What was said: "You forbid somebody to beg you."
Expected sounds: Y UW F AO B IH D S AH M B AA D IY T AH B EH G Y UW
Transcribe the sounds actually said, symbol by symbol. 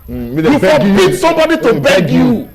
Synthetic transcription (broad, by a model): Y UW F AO IH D S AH M B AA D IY T AH B EH G Y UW